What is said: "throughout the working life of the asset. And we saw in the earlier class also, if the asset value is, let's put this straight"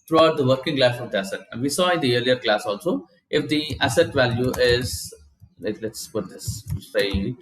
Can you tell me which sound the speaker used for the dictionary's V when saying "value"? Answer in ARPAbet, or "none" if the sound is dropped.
V